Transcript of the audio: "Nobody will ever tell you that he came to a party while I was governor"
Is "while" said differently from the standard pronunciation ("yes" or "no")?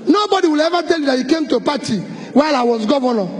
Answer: no